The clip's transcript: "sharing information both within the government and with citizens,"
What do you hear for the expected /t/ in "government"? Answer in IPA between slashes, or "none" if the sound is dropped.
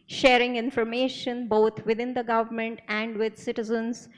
/t/